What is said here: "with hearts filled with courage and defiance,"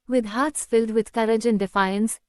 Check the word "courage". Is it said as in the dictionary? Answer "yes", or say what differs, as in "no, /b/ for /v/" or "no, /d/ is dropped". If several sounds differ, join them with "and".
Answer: yes